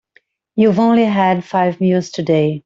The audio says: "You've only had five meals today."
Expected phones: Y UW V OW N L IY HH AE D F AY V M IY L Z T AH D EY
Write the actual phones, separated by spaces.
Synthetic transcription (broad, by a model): Y UW V OW N L IY HH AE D F AY V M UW Z T AH D EY